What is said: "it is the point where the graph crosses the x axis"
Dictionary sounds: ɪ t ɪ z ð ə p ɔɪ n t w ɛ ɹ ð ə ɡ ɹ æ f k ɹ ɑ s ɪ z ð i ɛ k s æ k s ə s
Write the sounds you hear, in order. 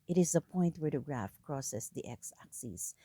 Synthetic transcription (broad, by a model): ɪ t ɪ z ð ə p ɔɪ n t w ɛ ɹ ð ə ɡ ɹ æ f k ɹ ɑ s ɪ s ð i ɛ k s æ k s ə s